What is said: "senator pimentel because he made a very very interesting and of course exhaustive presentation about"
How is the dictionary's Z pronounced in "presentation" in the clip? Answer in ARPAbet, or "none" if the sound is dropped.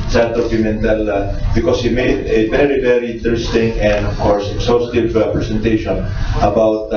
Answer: S